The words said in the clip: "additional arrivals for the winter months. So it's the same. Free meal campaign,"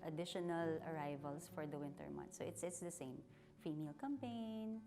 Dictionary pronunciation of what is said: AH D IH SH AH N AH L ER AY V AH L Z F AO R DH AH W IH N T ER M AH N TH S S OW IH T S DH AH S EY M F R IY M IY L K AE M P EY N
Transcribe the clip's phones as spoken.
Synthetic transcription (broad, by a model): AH D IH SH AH N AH L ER AY V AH L S F AO R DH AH W IH N T ER M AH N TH S S IH T S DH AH S EY M F IY M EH L K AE M P EY N